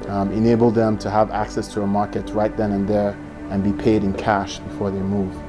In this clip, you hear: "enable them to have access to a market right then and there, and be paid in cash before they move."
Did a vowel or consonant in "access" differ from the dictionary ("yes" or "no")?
no